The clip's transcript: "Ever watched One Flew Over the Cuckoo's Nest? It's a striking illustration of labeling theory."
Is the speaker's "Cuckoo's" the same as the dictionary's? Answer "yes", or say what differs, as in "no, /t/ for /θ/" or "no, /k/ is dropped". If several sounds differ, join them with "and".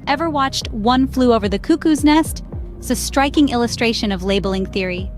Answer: yes